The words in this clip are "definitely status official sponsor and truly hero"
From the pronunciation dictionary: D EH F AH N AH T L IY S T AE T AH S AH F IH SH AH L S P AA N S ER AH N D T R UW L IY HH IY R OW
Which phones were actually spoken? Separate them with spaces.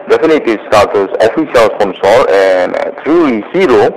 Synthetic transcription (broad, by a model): D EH F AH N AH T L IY S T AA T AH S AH F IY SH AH L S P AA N S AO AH N T R UW L IY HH IY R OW